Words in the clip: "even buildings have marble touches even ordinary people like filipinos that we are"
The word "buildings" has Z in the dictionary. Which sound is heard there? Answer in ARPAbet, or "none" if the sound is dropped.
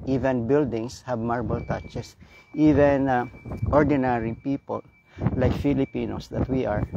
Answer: S